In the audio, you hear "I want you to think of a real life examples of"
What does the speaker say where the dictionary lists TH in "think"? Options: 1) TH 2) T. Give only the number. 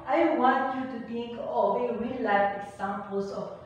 2